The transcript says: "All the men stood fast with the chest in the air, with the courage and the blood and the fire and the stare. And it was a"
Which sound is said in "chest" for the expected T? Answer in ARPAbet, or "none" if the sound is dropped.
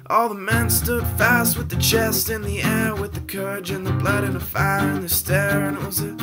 T